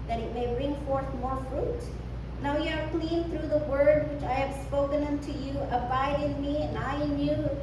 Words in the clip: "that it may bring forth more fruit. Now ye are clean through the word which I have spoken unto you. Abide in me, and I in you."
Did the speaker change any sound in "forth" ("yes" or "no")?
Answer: no